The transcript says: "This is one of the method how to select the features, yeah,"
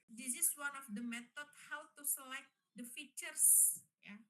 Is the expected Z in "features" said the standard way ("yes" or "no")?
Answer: no